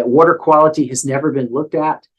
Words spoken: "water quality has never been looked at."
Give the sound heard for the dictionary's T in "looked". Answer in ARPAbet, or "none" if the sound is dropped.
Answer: T